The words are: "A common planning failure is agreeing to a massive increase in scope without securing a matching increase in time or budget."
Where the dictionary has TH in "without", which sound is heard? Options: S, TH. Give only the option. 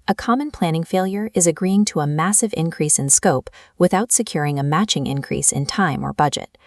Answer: TH